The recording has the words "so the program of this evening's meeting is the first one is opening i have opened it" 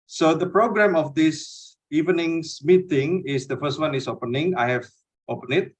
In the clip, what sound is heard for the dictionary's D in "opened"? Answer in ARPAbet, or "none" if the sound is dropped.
none